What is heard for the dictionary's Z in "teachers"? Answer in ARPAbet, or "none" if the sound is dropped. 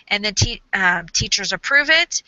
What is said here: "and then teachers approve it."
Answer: Z